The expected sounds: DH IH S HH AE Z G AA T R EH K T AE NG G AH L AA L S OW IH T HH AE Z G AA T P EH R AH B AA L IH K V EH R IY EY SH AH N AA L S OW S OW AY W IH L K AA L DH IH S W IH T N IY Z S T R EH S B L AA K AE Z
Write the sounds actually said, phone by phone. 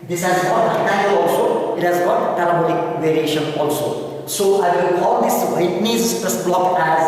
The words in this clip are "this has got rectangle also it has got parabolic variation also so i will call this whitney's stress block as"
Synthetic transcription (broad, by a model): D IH S HH AE Z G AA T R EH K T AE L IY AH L AA L S OW IH T HH AE Z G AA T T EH L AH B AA N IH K V EH R IY EY SH AH N AA L S OW S OW AY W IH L K AA L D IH S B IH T N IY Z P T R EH S B L AA K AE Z